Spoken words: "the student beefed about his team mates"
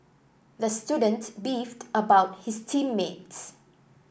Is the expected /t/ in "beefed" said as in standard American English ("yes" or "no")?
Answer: yes